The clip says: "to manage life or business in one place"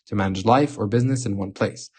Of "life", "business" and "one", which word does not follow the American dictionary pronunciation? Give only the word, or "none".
none